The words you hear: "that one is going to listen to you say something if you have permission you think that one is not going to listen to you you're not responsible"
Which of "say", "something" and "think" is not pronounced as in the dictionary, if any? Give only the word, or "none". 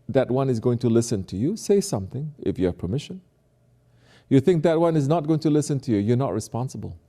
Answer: none